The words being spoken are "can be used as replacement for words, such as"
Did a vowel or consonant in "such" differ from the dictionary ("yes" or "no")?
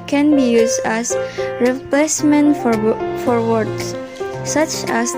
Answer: no